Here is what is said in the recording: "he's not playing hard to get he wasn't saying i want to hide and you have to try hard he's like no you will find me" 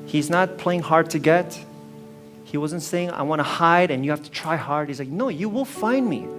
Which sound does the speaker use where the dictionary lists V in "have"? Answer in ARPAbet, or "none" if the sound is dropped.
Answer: F